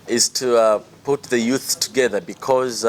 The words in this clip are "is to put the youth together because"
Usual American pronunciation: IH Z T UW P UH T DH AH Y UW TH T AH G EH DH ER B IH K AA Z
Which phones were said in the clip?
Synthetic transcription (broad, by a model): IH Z T UW P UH T DH AH Y UW TH T AH G EH DH ER B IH K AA Z